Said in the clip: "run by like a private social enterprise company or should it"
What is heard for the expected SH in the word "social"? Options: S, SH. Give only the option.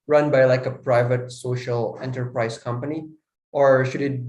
SH